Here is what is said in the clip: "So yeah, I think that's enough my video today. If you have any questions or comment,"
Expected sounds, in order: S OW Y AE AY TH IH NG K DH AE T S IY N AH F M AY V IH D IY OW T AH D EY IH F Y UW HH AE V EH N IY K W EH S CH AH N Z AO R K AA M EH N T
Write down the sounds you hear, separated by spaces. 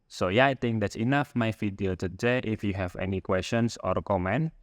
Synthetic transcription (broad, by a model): S OW Y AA AY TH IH NG K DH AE T S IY N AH F M AY F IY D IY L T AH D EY IH F Y UW HH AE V EH N IY K W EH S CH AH N S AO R K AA M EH N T